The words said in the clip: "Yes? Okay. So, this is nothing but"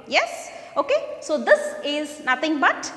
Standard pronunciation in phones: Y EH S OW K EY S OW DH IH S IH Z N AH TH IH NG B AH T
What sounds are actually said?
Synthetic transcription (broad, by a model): Y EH S OW K EY S OW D IH S IH Z N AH T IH NG B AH T